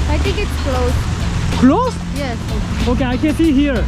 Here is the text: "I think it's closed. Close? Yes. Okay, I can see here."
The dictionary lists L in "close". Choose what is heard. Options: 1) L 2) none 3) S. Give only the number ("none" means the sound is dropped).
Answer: 1